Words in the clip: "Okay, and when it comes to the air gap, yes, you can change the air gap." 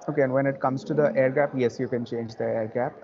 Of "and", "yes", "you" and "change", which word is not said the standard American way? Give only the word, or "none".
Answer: none